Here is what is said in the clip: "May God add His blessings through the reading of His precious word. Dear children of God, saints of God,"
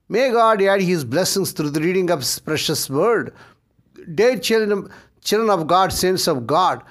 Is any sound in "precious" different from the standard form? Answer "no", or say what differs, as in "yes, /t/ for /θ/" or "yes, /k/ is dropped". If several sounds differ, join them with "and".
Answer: no